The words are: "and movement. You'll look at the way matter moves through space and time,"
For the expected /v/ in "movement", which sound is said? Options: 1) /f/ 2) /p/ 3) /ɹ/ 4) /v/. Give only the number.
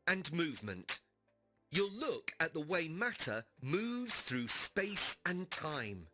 4